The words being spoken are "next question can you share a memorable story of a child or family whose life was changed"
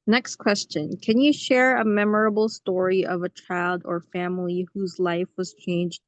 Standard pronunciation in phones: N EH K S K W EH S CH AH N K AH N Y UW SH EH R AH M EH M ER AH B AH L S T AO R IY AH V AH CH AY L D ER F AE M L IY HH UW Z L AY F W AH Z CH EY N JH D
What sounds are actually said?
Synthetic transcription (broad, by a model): N EH K S K W EH S CH AH N K AH N Y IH SH EH R AH M EH M ER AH B L S T AO R IY AH V AH CH AY L D ER F AE M L IY HH UW Z L AY F W AH Z CH EY N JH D